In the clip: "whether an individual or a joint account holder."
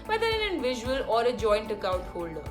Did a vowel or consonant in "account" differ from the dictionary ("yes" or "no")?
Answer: yes